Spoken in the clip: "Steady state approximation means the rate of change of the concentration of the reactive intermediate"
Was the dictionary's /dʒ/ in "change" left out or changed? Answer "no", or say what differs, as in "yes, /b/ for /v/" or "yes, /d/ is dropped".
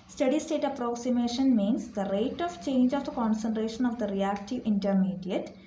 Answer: no